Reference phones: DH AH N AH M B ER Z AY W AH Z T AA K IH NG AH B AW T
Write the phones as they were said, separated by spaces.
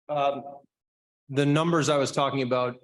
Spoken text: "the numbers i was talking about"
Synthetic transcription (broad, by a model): DH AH N AH M B ER Z AY W AH Z T AA K IH NG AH B AW T